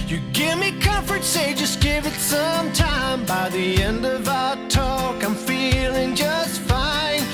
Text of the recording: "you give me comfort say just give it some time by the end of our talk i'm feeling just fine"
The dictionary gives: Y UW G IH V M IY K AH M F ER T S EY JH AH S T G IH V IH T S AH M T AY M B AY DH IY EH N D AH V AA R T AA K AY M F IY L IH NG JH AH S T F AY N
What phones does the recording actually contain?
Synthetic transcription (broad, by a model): Y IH G IH V M IY K AH M F ER T S EY JH AH S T G IH V IH T S AH M T AY M B AY DH IY EH N D AH V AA T AA K AY M F IY L IH NG JH AH S T F AY N